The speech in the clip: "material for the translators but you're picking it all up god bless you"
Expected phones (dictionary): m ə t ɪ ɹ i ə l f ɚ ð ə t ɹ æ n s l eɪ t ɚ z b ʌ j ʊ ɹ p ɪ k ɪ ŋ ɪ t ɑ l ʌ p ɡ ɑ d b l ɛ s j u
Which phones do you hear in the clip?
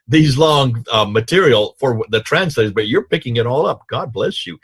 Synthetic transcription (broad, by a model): m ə t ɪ ɹ i l f ɚ ð ə t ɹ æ n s l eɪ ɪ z b ʌ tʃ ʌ ɹ p ɪ k ɪ ŋ ɪ t ɑ l ʌ p ɡ ɑ d b l ɛ s j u